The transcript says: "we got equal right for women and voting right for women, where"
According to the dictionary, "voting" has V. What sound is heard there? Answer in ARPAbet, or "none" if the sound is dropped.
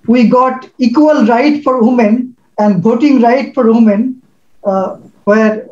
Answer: B